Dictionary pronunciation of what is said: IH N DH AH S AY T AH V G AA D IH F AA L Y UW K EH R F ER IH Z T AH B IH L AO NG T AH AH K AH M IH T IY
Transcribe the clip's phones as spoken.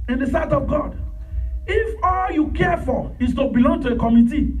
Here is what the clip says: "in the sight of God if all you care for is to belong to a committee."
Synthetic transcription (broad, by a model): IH N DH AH S AY T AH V G AA D IH F AA L Y UW K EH F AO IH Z T AH B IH L AO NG T AH AH K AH M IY T IY